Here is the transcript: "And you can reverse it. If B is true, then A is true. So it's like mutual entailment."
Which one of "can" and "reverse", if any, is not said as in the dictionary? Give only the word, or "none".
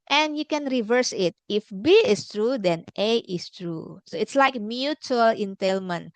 none